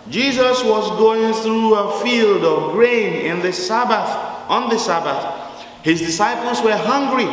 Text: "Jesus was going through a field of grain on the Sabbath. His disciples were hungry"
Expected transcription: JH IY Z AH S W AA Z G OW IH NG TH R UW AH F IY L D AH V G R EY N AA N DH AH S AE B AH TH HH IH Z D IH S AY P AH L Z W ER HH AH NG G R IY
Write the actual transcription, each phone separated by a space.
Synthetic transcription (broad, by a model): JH IY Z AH S W AA Z G OW IH NG TH R UW AH F IY L D AH V G R EY N AA N DH AH S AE B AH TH HH IH Z D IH S AY P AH L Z W ER HH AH NG G R IY